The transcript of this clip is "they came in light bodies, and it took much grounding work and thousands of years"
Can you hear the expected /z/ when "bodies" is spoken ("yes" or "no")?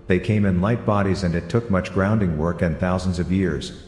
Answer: yes